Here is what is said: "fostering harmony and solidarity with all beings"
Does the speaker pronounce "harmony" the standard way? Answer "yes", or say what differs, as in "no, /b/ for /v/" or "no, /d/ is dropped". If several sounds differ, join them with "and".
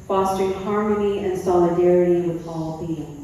yes